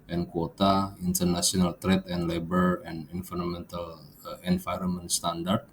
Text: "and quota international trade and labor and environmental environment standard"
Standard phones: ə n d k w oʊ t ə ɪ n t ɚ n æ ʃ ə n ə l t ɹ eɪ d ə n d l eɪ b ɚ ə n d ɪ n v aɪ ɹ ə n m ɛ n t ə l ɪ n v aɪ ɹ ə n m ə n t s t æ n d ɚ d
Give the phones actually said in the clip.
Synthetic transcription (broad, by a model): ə n k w oʊ t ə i n t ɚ n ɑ s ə n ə l t ɹ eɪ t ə n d l eɪ b ɚ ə n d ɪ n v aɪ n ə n m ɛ n t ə l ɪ n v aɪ ɹ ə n m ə n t s t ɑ n d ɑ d